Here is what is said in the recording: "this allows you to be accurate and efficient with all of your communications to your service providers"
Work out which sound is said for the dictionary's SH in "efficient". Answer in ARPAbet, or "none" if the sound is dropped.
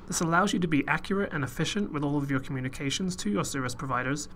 SH